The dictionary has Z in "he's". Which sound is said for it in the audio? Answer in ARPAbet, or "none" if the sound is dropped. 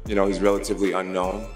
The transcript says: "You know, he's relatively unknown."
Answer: Z